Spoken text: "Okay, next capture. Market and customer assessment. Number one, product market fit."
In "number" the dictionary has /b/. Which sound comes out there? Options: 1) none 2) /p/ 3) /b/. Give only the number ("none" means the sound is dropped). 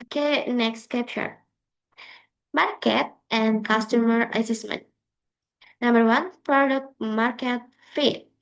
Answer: 3